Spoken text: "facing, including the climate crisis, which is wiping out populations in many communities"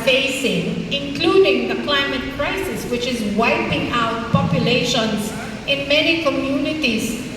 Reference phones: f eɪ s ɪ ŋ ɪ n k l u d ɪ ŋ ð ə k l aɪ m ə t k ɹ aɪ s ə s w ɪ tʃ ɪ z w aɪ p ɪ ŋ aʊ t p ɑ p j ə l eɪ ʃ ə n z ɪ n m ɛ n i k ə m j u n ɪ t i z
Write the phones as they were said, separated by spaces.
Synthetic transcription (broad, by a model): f eɪ s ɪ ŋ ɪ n k l u d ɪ ŋ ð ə k l aɪ m ə t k ɹ aɪ s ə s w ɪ tʃ ɪ z w aɪ p ɪ ŋ aʊ t p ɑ p j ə l eɪ ʃ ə n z ɪ n m ɛ n i k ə m j u n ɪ t i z